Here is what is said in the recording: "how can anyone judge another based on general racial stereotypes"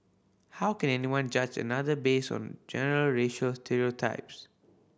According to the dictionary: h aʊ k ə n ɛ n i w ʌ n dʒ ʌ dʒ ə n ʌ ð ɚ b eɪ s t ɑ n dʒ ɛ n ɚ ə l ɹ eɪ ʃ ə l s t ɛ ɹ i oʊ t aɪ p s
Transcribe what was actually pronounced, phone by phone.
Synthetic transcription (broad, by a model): h aʊ k ə n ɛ n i w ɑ n dʒ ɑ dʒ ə n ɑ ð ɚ b eɪ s ɑ n dʒ ɛ n ɚ ə l ɹ eɪ ʃ ə l s t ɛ ɹ i oʊ t aɪ p s